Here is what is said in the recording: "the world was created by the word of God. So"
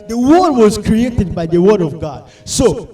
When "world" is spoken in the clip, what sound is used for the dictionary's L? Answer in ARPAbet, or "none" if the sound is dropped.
none